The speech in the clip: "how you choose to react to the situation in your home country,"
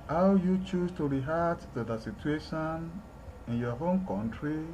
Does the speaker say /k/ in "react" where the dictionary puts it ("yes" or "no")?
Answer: no